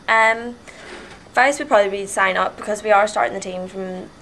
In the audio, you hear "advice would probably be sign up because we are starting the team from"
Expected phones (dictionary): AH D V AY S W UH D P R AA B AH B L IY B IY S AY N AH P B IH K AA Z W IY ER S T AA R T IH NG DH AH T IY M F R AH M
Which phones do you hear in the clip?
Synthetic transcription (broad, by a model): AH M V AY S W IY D P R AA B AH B L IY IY S AY N AH P B IH K AA Z W IY ER S T AA R T IH NG DH AH T IY M F R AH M